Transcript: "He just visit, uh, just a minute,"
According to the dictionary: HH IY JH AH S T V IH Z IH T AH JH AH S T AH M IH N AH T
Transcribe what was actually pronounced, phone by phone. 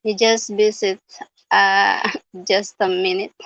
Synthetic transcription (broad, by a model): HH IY JH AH S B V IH S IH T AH JH AH S T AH M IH N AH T